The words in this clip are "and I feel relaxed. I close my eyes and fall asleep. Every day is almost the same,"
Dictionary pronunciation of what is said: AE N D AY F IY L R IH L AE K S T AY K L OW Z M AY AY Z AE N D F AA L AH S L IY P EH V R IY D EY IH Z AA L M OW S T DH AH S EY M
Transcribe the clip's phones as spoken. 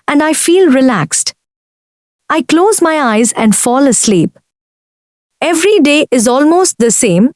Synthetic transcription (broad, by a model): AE N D AY F IY L R IH L AE K S T AY K L OW Z M AY AY Z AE N D F AA L AH S L IY P EH V R IY D EY IH Z AA L M OW S T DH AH S EY M